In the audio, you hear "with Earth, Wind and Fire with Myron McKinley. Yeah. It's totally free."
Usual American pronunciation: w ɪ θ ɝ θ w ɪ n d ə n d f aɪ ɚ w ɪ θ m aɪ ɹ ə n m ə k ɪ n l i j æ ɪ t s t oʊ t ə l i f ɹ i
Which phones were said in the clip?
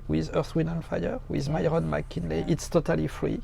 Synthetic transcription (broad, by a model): w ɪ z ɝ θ w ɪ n ə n f aɪ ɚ w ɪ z m aɪ ɹ ə n m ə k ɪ n l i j ɪ t s t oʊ t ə l i f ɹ i